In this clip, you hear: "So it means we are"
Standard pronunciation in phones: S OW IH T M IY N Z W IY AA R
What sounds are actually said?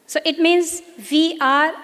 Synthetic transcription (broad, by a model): S OW IH T M IY N Z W IY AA R